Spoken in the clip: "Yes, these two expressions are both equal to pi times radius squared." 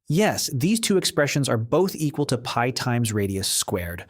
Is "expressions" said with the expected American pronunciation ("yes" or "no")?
yes